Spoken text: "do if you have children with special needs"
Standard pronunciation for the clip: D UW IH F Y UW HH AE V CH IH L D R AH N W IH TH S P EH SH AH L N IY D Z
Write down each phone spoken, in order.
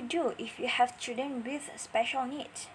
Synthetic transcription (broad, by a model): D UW IH F Y UW HH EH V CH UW D AH N W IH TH S P EH SH AH L N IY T